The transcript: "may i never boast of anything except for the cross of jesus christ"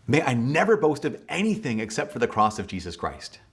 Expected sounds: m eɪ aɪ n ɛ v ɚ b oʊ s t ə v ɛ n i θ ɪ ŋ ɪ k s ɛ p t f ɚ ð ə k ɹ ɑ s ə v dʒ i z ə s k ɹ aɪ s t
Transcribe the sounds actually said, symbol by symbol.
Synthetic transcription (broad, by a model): m eɪ aɪ n ɛ v ɚ b oʊ s t ə v ɛ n i θ ɪ ŋ ɪ k s ɛ p t f ɚ ð ə k ɹ ɑ s ə v dʒ i z ə s k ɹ aɪ s t